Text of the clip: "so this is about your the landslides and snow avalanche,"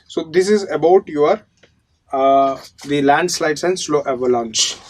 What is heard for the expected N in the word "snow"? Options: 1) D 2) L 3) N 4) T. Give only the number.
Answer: 2